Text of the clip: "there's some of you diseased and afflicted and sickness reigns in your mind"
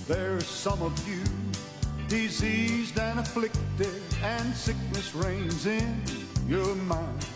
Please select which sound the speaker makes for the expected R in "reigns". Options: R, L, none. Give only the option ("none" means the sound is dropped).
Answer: R